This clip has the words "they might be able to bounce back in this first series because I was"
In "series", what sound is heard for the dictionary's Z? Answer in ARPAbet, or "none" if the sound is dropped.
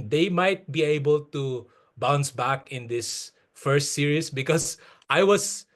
S